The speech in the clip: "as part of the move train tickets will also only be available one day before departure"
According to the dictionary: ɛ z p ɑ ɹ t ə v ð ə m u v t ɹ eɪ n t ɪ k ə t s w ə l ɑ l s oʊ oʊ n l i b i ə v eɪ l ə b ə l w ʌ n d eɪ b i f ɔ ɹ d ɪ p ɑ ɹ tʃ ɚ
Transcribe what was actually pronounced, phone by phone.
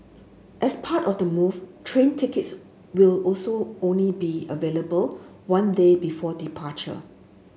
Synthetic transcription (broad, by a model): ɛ s p ɑ t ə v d ə m u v t ɹ eɪ n t ɪ k ə t s w ə l ɑ l s oʊ oʊ n l i b i ə v eɪ l ə b ə l w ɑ n d eɪ b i f ɔ d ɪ p ɑ tʃ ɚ